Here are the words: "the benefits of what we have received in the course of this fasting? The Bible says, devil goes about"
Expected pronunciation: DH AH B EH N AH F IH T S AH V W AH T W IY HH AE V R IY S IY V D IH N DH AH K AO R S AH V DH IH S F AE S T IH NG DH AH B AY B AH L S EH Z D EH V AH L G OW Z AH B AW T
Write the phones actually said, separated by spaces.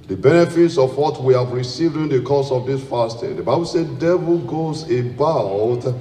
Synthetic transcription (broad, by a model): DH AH B EH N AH F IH T S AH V W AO T W IY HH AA V R IY S IY V D IH N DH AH K AO S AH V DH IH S F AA S T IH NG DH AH B AY B AH L S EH D EH V AH L G OW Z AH B AW T